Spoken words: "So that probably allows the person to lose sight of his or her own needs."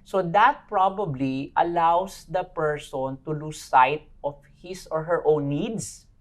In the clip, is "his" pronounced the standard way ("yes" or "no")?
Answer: no